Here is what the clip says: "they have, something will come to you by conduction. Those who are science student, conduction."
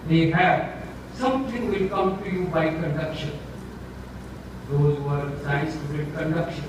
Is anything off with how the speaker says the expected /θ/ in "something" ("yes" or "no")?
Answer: yes